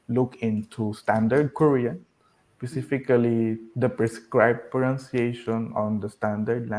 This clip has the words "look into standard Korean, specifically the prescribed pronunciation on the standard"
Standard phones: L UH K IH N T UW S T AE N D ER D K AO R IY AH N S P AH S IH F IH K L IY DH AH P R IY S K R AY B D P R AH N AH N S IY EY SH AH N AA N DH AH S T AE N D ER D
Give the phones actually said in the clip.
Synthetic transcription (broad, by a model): L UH K IH N T UW S T AE N D ER D K AO R IY AH N S P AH S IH F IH K L IY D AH P R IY S K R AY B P AH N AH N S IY EY SH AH N AA N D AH S T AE N D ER D